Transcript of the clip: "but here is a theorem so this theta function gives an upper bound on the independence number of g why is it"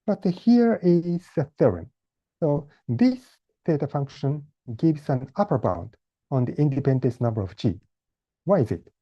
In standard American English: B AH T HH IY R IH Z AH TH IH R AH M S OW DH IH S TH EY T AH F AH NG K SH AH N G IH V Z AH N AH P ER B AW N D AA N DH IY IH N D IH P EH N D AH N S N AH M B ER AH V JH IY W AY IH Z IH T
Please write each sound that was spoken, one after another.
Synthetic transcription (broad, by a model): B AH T HH IY R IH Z AH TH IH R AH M S OW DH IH S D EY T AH F AH NG K SH AH N G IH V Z AH N AH P ER B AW N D AA N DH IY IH N D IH P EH N D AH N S N AH M B ER AH V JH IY W AY IH Z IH T